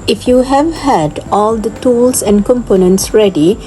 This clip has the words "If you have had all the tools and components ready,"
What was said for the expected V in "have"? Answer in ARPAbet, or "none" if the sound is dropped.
V